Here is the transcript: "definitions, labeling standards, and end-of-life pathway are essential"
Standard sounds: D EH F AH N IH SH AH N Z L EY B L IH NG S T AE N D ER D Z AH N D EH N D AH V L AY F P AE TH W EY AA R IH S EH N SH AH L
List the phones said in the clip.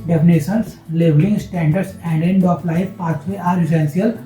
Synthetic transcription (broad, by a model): D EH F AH N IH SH AH N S L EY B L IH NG S T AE N D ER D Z AH N D EH N D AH P L AY F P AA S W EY AA R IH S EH N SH AH L